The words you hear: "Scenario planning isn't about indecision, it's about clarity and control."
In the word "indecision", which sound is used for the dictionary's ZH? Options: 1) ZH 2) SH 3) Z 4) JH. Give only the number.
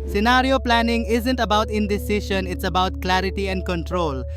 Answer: 2